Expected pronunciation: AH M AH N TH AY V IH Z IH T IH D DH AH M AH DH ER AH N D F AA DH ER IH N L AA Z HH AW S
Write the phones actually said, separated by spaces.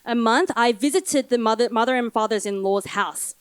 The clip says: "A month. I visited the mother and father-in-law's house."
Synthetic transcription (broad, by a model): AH M AH N TH AY V IH Z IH T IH D DH AH M AH DH ER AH N F AA DH ER IH N L AA Z HH AW S